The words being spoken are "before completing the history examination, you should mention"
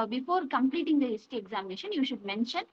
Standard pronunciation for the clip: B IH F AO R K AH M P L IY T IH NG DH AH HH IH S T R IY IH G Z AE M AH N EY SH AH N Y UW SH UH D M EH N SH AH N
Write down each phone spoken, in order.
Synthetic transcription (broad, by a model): B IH F AO R K AH M P L IY T IH NG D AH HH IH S T IY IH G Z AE M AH N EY SH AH N Y UW SH UH D M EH N SH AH N